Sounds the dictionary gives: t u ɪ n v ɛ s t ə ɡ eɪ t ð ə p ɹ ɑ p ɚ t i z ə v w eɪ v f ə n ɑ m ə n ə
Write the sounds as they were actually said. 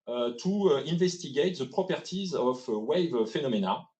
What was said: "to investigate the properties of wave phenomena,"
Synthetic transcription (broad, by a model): t u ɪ n v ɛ s t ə ɡ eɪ t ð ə p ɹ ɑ p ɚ t i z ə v w eɪ v f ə n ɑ m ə n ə